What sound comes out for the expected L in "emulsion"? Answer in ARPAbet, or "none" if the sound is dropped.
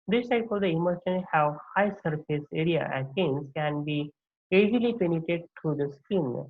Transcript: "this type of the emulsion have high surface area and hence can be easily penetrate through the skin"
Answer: none